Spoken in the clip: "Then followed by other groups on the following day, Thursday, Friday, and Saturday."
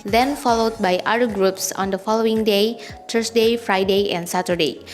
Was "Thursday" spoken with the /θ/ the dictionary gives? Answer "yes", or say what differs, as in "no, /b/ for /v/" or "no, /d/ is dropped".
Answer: no, /t/ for /θ/